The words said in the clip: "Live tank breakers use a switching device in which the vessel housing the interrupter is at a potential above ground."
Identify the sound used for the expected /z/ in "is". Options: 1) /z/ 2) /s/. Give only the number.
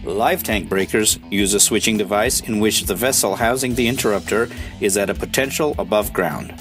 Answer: 1